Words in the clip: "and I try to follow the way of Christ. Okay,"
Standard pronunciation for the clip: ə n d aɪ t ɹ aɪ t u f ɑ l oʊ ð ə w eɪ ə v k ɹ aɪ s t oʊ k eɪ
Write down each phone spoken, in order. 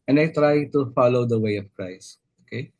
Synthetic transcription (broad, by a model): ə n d aɪ t ɹ aɪ t u f ɑ l oʊ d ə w eɪ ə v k ɹ aɪ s oʊ k eɪ